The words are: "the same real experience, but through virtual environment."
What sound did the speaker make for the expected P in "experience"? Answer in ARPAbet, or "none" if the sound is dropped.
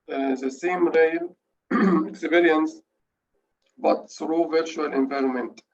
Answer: B